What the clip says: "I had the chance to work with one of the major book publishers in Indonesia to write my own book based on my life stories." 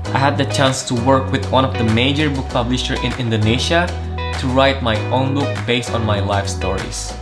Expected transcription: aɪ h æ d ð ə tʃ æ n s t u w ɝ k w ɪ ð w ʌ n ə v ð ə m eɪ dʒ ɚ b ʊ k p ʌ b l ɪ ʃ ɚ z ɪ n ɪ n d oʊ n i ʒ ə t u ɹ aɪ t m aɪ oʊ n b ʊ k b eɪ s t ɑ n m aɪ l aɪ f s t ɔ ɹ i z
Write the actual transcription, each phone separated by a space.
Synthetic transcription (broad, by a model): aɪ h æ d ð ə tʃ æ n s t u w ɝ k w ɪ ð w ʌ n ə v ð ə m eɪ dʒ ɚ b ʊ k p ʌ b l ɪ ʃ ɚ ɪ n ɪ n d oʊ n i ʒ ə t u ɹ aɪ t m aɪ oʊ n b ʊ k b eɪ s t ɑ n m aɪ l aɪ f s t ɔ ɹ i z